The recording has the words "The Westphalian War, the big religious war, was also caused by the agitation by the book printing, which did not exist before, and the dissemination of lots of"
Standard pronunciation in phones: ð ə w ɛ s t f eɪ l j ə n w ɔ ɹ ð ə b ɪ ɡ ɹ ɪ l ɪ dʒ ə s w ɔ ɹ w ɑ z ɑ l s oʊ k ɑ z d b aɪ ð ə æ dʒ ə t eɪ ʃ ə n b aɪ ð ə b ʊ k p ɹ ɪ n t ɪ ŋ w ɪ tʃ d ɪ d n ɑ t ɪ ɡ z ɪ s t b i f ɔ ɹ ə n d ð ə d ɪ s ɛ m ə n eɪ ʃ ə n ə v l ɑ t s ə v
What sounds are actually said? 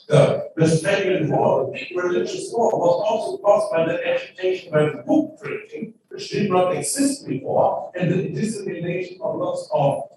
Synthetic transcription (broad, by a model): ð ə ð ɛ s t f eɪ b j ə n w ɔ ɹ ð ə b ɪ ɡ ɹ ɪ l ɪ dʒ ə s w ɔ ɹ w ɑ z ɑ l s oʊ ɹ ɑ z b aɪ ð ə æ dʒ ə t eɪ ʃ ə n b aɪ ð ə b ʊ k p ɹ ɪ t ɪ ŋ w ɪ tʃ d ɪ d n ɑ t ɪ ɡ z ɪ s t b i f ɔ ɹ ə n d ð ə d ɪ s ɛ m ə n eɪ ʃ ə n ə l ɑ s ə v